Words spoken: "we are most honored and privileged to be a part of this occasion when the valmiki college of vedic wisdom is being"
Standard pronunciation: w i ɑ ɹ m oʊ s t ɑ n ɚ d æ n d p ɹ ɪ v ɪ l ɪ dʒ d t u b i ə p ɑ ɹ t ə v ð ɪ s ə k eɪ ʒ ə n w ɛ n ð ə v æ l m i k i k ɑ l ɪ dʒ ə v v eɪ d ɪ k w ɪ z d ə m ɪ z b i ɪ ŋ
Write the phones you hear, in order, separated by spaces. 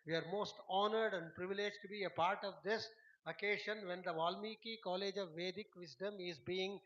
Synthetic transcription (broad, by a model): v i ɑ ɹ m oʊ s t ɑ n ɚ d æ n d p ɹ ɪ v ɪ l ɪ dʒ t u b i ə p ɑ ɹ t ə v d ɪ s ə k eɪ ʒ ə n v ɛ n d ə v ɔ l m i k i k ɑ l ɪ dʒ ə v v eɪ d ɪ k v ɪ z d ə m ɪ z b i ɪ ŋ